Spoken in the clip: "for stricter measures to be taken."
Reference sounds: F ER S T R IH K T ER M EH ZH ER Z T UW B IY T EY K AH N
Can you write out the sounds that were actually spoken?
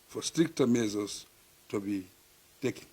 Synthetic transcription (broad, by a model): F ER S T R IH K T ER M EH Z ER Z T UW B IY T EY K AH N